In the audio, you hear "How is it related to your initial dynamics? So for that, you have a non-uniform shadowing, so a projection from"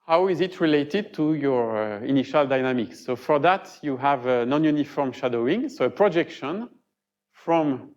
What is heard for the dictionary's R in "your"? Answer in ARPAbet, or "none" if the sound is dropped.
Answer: R